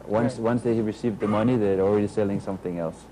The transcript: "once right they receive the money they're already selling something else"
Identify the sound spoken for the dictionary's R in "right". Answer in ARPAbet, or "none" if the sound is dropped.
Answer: W